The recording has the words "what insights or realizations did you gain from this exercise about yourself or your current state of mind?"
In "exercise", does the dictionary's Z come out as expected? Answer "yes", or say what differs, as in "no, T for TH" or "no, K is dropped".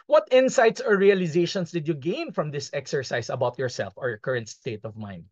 no, S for Z